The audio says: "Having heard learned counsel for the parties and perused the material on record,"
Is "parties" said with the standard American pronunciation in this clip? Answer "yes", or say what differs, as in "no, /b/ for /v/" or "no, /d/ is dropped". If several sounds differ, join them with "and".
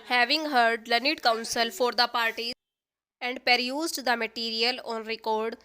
no, /z/ is dropped